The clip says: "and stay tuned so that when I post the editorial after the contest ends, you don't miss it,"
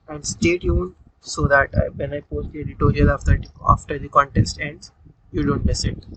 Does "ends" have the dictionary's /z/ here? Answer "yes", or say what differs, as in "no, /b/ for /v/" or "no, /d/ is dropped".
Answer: no, /z/ is dropped